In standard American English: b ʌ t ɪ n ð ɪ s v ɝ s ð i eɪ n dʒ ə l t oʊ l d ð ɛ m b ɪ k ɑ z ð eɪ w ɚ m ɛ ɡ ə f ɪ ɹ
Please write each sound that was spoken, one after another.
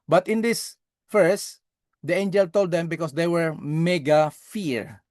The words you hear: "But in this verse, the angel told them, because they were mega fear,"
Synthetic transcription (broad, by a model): b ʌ t ɪ n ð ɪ s f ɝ s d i eɪ n dʒ ə l t oʊ l d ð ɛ m b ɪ k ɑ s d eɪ w ɚ m ɛ ɡ ə f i ɹ